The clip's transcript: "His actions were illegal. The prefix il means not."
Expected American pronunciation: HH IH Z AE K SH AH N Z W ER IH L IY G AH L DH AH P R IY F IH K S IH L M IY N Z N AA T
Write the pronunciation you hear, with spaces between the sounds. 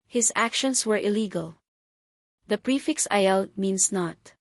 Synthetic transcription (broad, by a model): HH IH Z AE K SH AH N S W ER IH L IY G AH L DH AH P R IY F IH K S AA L M IY N S N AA T